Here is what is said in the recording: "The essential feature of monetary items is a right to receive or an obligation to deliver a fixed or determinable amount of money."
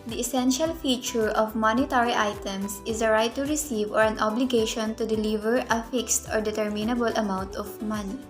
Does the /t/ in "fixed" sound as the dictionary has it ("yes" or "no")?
yes